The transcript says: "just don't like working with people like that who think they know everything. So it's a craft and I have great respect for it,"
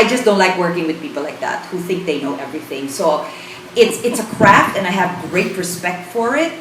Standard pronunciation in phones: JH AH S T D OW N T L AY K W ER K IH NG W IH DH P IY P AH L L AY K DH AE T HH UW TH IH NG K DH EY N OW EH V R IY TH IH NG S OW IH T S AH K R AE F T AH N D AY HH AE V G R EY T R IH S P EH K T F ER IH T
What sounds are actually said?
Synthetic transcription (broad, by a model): JH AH S D OW N T L AY K W ER K IH NG W IH DH P IY P L L AY K DH AE T HH UW TH IH NG K DH EY N OW EH V R IY TH IH NG S OW IH T S AH K R AE F T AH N AY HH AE V G R EY T R IH S P EH K T F ER IH T